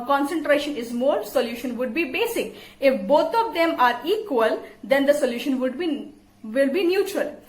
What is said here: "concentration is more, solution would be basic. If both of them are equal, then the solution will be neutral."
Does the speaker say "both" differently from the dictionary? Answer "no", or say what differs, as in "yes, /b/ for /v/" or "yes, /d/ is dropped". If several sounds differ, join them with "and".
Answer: yes, /t/ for /θ/